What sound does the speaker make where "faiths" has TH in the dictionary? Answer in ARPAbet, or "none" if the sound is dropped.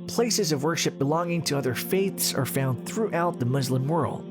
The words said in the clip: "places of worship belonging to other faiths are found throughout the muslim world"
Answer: TH